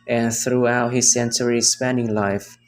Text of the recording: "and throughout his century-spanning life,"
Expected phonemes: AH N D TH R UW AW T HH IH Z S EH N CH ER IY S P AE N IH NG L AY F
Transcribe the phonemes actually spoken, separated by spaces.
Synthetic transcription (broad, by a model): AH N TH R UW AW T HH IH Z S EH N CH ER IY S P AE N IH NG L AY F